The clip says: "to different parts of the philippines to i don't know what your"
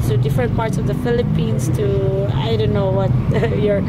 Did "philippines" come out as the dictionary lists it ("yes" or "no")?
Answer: no